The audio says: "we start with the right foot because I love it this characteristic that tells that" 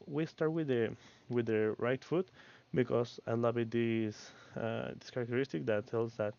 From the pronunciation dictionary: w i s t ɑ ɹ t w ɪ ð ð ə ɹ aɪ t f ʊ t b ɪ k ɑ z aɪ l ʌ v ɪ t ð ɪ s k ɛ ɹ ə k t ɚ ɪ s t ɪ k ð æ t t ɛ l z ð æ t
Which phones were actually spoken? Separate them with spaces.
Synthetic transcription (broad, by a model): w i s t ɑ ɹ t w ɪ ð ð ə ɹ aɪ t f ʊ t b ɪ k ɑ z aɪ l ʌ b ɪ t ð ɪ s k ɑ ɹ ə k t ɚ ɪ s t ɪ k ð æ t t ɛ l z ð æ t